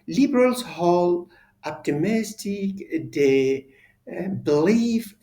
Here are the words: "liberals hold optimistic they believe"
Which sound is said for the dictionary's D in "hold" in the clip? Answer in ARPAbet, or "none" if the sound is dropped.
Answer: none